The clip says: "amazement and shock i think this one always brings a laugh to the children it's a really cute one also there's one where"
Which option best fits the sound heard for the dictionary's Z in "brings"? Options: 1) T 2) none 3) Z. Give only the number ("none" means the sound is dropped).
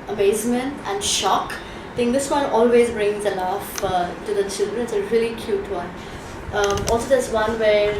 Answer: 3